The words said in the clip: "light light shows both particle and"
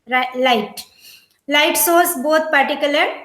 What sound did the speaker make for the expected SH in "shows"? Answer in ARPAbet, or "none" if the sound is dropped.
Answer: S